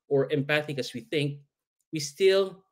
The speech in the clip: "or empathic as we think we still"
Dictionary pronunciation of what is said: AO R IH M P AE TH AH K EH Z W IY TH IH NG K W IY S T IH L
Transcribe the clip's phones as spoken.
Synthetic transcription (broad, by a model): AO R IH M P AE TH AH K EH S W IY TH IH NG K W IY S T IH L